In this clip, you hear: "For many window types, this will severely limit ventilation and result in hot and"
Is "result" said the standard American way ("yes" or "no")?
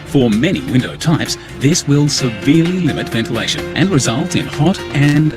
yes